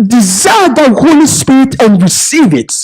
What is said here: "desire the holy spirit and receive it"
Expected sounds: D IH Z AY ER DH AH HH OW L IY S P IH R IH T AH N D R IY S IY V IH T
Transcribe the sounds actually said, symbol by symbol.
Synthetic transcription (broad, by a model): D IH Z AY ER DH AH HH OW L IY S P IH R IH T AH N D R IY S IY V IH T